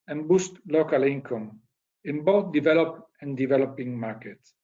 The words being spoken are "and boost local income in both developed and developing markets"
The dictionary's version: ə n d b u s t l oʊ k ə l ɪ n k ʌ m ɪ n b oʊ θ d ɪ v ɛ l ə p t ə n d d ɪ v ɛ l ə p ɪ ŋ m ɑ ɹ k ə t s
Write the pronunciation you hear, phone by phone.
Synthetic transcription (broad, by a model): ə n b u s t l oʊ k ə l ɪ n k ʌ m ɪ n b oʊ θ d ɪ v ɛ l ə p ə n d d ɪ v ɛ l ə p ɪ ŋ m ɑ ɹ k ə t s